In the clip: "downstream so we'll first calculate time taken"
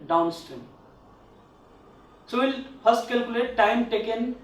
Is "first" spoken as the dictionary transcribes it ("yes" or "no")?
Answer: no